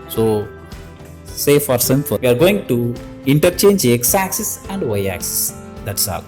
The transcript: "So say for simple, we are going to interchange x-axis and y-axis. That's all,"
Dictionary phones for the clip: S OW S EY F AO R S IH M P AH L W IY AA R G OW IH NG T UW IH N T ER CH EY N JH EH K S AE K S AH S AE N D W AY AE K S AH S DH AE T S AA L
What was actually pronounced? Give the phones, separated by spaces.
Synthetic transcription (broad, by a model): S OW S EY F AO R S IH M F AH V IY AA R G OW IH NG T UW IH N T ER CH EY N JH EH K S AE K S AH S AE N D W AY AE K S AH S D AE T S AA